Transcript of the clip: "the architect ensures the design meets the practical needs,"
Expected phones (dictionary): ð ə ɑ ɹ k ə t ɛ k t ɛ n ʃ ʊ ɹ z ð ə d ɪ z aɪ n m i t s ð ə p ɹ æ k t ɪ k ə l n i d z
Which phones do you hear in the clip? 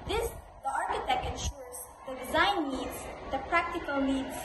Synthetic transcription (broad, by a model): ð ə ɑ ɹ k ə t ɛ k t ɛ n ʃ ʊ ɹ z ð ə d ɪ z aɪ n i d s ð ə p ɹ æ k t ɪ k ə l n i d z